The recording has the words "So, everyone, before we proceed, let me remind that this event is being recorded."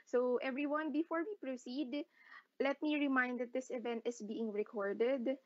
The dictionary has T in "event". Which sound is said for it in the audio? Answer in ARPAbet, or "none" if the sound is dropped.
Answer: T